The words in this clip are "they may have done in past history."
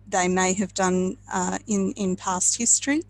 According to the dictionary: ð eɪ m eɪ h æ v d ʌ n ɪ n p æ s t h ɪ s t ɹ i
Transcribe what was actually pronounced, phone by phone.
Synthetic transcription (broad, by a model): ð eɪ m eɪ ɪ v d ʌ n ɪ n p æ s t h ɪ s t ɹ i